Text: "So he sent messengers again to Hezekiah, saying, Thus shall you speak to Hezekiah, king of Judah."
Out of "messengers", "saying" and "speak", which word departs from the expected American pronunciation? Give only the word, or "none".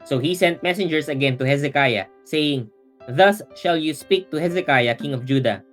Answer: messengers